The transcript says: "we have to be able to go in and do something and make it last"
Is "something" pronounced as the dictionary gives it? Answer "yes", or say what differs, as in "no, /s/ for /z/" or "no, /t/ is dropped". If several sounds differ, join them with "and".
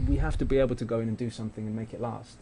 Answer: yes